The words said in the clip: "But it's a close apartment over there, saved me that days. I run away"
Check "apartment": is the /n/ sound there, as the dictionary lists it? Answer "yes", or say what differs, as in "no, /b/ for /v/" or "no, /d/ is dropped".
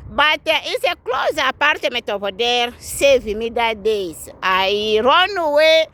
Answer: no, /n/ is dropped